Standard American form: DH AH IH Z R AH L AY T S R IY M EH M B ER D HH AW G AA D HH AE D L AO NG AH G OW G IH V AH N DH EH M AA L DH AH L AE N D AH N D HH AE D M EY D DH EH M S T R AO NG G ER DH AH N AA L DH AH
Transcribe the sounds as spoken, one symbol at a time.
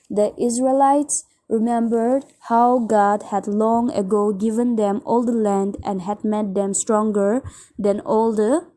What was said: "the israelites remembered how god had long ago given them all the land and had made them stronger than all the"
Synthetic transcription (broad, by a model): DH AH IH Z R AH L AY T S R IY M EH M B ER D HH AW G AA D HH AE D L AO NG AH G OW G IH V AH N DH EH M AA L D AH L AE N D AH N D HH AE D M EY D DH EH M S T R AO NG G ER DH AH N AA L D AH